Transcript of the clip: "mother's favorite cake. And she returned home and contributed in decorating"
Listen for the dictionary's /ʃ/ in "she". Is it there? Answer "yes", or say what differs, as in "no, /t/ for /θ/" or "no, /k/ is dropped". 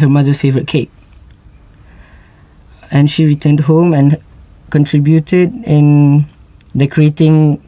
yes